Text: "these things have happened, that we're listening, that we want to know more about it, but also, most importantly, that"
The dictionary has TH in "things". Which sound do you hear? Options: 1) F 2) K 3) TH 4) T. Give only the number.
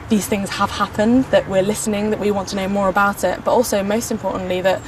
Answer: 3